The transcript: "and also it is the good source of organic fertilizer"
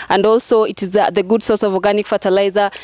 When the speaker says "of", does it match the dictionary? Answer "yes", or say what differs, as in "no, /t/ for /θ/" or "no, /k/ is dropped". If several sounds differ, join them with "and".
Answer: yes